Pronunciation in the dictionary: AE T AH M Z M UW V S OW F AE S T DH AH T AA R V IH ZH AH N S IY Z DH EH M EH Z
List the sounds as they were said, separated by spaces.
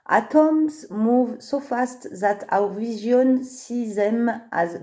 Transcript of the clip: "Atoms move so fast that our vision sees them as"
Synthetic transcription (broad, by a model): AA T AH M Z M UW V S OW F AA S T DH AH T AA W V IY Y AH N S IY Z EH M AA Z